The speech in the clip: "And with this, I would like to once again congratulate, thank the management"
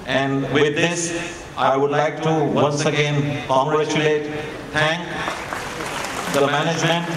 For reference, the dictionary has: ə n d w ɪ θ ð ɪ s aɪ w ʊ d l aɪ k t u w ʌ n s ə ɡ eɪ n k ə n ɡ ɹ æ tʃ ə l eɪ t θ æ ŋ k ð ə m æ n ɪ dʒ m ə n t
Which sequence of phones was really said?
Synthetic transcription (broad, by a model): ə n d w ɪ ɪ s aɪ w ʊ d l aɪ k t u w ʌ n s ə ɡ eɪ n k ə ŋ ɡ ɹ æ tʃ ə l eɪ t t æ ŋ k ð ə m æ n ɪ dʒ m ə n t